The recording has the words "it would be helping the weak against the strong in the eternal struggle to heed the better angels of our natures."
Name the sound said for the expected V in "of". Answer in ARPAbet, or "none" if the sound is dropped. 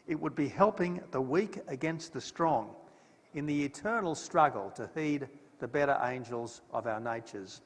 V